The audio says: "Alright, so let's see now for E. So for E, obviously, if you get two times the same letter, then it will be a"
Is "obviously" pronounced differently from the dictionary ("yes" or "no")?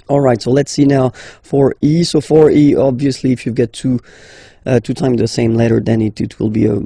no